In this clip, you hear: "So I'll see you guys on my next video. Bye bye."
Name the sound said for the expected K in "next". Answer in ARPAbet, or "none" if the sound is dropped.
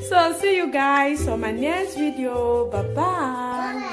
none